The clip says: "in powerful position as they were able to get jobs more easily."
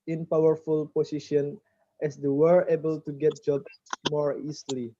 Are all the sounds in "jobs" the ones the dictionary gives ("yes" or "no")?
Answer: no